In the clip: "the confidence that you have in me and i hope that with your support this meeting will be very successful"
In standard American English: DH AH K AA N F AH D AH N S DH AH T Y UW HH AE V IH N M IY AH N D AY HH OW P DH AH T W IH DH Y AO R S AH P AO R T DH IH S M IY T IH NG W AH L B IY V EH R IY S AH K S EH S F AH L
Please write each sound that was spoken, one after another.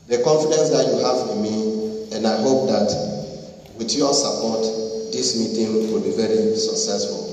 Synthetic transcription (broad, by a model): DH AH K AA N F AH D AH N S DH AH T Y UW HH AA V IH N M IY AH N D AY HH OW P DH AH T W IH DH Y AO S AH P AO T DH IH S M IY T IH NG W AH L B IY V EH R IY S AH K S EH S F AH L